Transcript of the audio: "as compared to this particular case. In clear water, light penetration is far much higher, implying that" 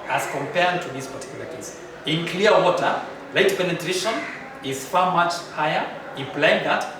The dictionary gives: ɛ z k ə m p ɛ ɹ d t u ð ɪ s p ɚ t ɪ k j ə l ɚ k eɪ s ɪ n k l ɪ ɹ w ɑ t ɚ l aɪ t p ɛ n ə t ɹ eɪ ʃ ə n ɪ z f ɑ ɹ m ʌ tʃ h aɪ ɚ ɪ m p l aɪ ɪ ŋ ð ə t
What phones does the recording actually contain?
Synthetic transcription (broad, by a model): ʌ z k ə m p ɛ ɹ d t u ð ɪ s p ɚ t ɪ k j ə l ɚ k eɪ s ɪ n k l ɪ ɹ w ɑ t ɚ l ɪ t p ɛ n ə t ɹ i ʃ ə n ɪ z f ɑ ɹ m ʌ tʃ h aɪ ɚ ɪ p l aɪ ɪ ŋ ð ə t